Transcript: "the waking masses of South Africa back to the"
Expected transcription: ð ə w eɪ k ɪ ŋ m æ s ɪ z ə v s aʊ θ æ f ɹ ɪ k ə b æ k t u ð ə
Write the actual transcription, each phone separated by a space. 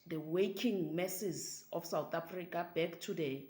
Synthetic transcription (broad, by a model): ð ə w eɪ k ɪ ŋ m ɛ s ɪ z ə f s aʊ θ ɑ f ɹ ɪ k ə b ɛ k t u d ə